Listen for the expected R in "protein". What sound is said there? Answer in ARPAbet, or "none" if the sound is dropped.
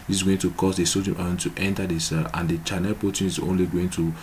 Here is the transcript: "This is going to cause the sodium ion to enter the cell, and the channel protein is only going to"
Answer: none